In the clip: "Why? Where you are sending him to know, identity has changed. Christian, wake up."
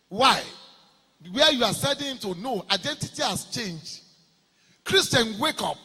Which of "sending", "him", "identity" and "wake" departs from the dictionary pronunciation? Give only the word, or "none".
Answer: sending